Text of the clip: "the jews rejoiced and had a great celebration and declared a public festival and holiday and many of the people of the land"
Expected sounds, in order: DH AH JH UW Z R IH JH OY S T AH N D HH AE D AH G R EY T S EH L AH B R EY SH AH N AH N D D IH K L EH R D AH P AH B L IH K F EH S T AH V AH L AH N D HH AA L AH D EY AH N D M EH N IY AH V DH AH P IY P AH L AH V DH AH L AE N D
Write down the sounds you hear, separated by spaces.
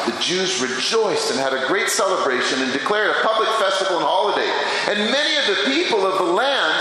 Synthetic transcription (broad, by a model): DH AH JH UW Z R IH JH OY S T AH N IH D AH G R EY T S EH L AH B R EY SH AH N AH N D D IH K L EH R D AH P AH B L IH K F EH S T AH V L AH N HH AA L AH D EY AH N M EH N IY AH V DH AH P IY P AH L AH V DH AH L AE N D